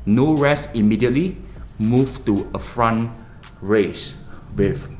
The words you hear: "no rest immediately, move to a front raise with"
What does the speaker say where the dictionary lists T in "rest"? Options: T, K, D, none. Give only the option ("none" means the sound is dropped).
none